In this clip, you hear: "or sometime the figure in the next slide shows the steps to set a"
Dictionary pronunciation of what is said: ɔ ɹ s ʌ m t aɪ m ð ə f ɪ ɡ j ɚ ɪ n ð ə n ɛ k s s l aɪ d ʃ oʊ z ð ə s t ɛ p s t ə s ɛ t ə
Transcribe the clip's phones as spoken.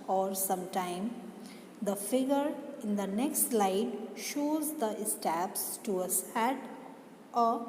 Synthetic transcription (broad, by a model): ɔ ɹ s ʌ m t aɪ m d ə f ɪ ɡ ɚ ɪ n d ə n ɛ k s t l aɪ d ʃ oʊ z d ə s t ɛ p s t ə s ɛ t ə